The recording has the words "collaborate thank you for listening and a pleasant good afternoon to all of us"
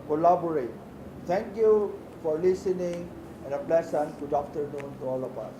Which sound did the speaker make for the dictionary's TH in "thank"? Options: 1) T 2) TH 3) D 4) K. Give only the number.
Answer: 1